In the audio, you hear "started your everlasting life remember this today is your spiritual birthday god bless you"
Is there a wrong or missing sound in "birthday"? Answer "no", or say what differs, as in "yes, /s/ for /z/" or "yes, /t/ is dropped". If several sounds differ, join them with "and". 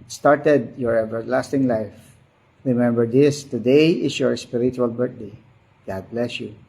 yes, /t/ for /θ/